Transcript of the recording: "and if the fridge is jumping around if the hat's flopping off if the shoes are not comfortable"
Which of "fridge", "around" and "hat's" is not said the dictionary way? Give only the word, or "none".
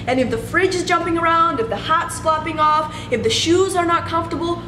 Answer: none